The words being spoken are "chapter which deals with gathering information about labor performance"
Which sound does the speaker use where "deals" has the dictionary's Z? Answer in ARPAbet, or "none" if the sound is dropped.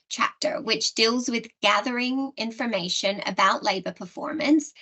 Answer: Z